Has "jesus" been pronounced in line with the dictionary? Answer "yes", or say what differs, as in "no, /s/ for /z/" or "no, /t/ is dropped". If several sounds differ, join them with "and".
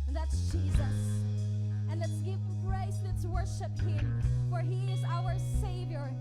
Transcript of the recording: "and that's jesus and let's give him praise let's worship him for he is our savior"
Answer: yes